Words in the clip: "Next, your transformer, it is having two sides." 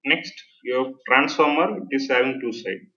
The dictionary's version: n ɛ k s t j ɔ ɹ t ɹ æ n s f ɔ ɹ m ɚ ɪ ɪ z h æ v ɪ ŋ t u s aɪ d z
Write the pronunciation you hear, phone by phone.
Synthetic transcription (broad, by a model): n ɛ k s t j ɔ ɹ t ɹ æ n s f ɔ ɹ m ɚ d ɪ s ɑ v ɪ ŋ t u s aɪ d